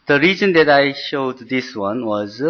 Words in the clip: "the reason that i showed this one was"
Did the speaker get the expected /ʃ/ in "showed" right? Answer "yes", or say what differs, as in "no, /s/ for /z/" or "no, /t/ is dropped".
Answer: yes